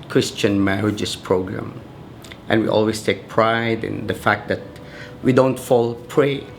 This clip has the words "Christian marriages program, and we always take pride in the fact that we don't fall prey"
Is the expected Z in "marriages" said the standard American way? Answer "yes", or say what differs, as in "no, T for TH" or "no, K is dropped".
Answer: no, S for Z